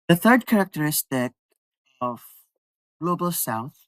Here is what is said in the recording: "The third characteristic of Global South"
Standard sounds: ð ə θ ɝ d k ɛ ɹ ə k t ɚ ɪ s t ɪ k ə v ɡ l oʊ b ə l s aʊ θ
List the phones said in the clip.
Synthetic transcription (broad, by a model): ð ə θ ɝ d k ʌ ɹ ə k t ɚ ɪ s t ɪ k ə v ɡ l oʊ b ə l s aʊ θ